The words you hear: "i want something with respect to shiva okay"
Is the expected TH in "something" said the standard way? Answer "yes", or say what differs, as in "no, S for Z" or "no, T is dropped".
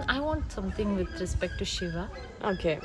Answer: no, T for TH